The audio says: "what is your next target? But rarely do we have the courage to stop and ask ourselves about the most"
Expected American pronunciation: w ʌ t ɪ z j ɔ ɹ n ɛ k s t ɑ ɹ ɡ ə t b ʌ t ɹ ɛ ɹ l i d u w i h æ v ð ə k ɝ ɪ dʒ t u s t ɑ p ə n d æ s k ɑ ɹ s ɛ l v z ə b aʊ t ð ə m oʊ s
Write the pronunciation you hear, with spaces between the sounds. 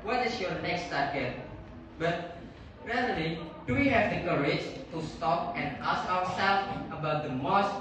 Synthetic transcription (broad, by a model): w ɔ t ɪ s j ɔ n ɛ k s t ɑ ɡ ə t b ʌ t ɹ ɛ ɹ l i d u w i h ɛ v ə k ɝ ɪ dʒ t u s t ɑ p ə n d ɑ s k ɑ w s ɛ l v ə b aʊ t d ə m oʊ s